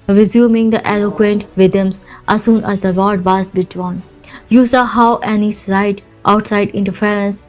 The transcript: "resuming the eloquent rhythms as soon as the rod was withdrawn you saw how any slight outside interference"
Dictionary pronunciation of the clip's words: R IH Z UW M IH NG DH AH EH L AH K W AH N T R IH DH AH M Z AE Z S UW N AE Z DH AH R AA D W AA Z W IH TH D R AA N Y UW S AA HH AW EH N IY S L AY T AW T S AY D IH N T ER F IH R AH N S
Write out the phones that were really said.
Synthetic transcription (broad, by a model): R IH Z UW M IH NG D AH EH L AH K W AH N T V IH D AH M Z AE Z S UW N AE Z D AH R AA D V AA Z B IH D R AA N Y UW S AA HH AW EH N IY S AY T AW T S AY D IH N T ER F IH R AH N S